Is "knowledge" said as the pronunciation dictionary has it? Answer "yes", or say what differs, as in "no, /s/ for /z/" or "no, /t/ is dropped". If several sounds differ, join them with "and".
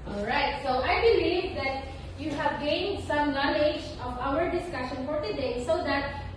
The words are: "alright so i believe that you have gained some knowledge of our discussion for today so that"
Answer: yes